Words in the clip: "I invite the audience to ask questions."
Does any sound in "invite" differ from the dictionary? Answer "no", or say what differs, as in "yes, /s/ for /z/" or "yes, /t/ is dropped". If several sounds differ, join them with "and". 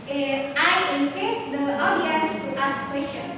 yes, /p/ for /v/